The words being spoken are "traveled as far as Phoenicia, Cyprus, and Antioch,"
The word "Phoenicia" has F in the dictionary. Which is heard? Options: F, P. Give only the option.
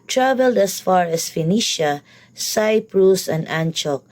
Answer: F